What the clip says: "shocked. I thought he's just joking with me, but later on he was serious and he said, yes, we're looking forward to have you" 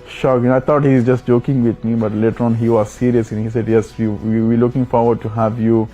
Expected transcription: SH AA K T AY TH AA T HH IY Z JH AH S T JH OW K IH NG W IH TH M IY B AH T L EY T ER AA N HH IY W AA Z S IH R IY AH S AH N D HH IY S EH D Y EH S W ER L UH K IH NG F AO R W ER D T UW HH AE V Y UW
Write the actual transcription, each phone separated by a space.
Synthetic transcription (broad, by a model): SH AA K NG AY T AA T HH IY Z JH AH S T JH OW K IH NG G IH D M IY B AH T L EY T ER AA N HH IY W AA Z S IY R IY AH S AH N HH IY S EH D Y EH S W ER L UH K IH NG F AO R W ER D T UW HH AE V Y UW